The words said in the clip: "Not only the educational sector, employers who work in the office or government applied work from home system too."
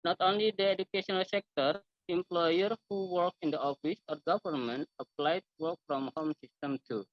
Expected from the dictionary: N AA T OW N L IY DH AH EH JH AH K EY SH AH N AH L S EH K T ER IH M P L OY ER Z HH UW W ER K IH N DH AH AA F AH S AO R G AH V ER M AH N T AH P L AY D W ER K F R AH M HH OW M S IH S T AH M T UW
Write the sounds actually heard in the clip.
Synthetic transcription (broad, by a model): N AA T OW N L IY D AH EH JH AH K EY SH AH N AH L S EH K T ER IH M P L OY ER HH UW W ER K IH N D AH AA F AH S AO R G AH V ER M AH N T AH P L AY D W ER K F R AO M HH OW M S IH S T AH M T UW